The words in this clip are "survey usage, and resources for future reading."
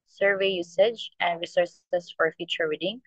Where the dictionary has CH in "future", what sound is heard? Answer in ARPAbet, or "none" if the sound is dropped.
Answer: CH